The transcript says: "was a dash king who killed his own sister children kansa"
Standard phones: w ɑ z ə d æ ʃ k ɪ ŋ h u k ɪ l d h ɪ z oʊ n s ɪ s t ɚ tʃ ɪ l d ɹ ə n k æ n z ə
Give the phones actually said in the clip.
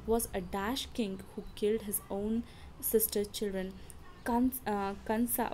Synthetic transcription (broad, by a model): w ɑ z ə d æ ʃ k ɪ ŋ h u k ɪ l d h ɪ z oʊ n s ɪ s t ɚ tʃ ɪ l d ɹ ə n k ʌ n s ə